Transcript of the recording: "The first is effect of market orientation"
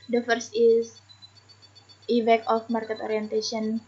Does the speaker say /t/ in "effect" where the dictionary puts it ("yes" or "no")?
no